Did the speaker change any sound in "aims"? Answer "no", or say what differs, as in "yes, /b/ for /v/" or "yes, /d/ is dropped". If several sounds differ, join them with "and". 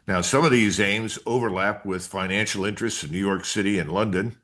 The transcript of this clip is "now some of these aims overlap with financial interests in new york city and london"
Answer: no